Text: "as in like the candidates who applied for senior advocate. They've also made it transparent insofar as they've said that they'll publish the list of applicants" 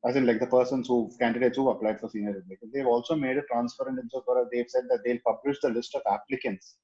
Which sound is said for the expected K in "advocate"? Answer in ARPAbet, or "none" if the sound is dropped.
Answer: none